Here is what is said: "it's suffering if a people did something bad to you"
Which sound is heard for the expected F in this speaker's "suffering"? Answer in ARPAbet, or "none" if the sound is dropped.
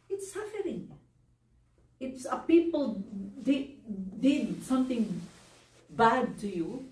F